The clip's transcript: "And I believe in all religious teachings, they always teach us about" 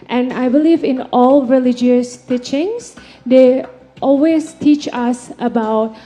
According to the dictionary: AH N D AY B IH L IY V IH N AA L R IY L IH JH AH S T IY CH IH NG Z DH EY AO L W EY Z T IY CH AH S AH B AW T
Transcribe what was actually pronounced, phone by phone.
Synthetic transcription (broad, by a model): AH N AY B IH L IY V IH N AA L R IY L IH JH AH S T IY CH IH NG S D EY AO L W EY S T IY CH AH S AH B AW T